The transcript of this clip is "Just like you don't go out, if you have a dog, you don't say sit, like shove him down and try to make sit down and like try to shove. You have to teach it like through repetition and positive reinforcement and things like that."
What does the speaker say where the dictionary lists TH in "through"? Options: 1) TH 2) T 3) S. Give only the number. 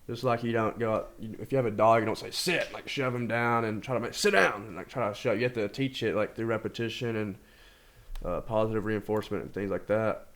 1